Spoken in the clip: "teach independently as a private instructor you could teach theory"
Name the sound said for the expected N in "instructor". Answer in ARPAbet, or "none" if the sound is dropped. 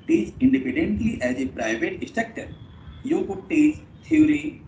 none